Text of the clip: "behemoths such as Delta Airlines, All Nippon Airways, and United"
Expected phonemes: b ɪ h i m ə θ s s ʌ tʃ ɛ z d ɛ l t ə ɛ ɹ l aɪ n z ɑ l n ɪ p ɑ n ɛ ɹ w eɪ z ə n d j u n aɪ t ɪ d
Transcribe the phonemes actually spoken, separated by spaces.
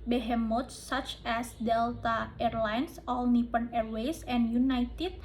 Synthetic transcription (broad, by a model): b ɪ h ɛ m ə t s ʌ tʃ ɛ s d ɛ l t ə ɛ ɹ l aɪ n s ɑ l n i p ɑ n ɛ ɹ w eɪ s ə n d j u n aɪ t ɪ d